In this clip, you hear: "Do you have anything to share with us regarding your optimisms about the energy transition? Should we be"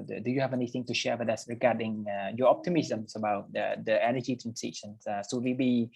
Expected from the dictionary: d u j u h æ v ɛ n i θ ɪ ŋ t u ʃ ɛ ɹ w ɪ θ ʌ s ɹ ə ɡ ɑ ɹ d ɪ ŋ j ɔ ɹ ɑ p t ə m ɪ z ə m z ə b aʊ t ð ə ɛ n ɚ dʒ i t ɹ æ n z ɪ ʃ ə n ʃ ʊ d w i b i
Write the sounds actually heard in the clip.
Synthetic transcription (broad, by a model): d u j u h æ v ɛ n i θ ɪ ŋ t u ʃ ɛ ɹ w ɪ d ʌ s ɹ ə ɡ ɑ d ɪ ŋ j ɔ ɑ p t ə m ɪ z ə m s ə b aʊ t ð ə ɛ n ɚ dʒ i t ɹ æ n s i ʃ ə n s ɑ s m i b i